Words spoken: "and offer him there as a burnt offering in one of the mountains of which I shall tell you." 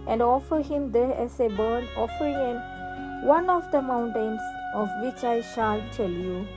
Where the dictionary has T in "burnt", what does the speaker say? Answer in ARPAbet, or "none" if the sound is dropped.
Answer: none